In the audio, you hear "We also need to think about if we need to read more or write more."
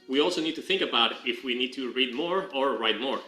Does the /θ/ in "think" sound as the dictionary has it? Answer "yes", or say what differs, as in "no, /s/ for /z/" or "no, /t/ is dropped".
yes